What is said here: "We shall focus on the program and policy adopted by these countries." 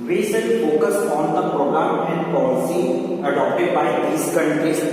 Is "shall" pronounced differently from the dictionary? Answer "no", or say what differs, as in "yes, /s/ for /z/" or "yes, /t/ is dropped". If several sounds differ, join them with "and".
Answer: yes, /s/ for /ʃ/ and /n/ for /l/